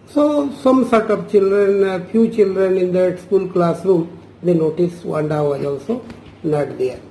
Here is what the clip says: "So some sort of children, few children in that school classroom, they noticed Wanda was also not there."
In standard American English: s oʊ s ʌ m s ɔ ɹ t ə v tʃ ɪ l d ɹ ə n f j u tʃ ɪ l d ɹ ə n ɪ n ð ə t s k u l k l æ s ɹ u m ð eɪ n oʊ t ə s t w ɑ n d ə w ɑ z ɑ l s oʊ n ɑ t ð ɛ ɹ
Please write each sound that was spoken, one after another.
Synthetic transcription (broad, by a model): s oʊ s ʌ m s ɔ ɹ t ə p tʃ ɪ l d ɹ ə n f j u tʃ ɪ l d ɹ ə n ɪ n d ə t s k u l k l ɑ s ɹ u m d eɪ n oʊ t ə s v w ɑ n d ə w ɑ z ɑ l s oʊ n ɑ t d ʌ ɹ